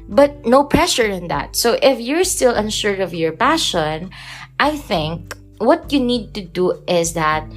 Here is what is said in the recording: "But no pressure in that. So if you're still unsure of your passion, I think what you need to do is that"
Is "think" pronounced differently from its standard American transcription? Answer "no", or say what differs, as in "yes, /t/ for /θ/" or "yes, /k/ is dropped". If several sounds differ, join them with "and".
no